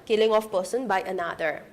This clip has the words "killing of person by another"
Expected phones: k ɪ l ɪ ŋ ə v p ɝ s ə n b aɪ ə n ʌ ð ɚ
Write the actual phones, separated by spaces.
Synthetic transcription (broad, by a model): k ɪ l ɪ ŋ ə f p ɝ s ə n b aɪ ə n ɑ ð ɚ